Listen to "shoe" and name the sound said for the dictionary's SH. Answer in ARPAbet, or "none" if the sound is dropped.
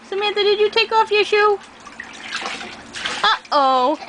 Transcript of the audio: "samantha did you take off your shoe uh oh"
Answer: SH